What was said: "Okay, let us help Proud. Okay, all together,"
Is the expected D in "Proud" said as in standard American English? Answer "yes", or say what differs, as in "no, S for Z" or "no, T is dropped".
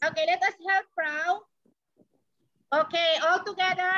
no, D is dropped